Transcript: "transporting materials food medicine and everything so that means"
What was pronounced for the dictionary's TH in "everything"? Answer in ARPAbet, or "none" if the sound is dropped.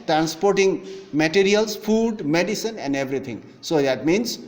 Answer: T